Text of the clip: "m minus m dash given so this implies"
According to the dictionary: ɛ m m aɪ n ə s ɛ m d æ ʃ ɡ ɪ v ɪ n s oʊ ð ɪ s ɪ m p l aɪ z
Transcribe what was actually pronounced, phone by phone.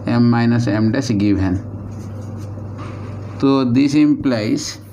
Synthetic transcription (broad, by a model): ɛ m m aɪ n ə s ɛ m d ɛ s ɡ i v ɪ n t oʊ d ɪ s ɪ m p l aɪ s